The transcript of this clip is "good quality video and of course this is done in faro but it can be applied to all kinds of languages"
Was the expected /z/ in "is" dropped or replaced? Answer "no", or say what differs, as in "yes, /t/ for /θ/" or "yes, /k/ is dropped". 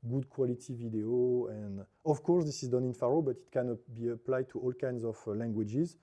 no